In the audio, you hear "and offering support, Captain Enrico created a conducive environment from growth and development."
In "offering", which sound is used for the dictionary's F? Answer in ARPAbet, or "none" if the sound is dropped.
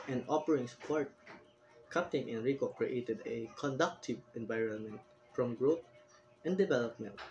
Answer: P